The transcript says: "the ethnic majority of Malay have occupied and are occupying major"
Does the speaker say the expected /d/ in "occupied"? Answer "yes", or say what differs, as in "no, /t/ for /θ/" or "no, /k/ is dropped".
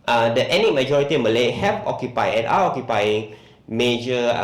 no, /d/ is dropped